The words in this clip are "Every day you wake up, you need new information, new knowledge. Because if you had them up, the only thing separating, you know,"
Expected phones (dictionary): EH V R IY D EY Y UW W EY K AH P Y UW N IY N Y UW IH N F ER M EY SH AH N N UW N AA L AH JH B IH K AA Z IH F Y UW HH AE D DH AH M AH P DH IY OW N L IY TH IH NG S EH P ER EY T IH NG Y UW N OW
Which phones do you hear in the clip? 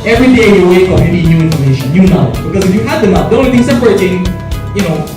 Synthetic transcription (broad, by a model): EH V R IY D EY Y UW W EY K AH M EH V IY N Y UW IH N F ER M EY SH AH N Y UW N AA AH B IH K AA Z IH F Y UW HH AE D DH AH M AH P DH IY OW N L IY TH IH NG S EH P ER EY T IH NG Y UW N OW